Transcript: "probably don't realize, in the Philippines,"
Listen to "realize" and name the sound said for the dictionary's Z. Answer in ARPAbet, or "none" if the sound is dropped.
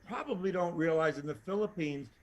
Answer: Z